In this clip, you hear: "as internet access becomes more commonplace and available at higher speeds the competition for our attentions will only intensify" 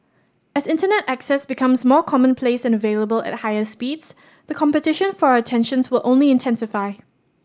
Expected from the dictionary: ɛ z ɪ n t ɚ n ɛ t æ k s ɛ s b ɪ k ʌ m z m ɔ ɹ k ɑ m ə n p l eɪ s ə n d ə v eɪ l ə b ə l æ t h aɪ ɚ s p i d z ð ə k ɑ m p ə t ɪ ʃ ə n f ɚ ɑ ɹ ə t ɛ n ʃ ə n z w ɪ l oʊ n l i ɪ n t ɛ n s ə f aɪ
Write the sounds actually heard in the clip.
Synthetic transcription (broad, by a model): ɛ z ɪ n t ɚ n ɛ t æ k s ɛ s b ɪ k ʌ m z m ɔ k ɑ m ə n p l eɪ s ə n ə v eɪ l ə b ə l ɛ t h aɪ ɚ s p i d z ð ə k ɑ m p ə t ɪ ʃ ə n f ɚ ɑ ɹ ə t ɛ n ʃ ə n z w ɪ l oʊ n l i ɪ n t ɛ n s ə f aɪ